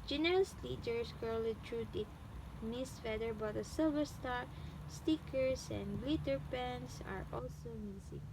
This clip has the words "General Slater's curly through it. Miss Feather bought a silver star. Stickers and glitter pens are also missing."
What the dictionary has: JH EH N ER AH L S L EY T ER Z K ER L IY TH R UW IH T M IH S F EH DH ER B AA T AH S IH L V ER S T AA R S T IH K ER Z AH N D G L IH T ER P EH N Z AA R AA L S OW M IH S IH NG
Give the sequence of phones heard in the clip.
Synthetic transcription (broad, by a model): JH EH N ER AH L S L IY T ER S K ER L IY T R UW IH T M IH S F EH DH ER B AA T AH S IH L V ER S T AA R S T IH K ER S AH N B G L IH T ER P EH N S AA R AA L S OW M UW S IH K